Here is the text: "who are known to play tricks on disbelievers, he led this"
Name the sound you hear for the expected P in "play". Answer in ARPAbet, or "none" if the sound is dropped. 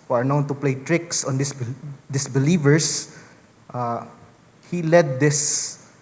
P